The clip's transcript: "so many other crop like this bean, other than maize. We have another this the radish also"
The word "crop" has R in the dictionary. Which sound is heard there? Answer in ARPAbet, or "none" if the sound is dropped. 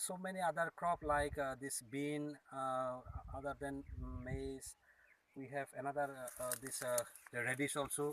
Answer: R